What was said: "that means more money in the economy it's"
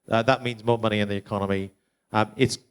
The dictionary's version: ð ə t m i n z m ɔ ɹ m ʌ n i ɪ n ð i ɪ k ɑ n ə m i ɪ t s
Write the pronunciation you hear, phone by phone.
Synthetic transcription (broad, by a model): ð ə t m i n z m ɔ m ʌ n i ɪ n ð i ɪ k ɑ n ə m i ɪ t s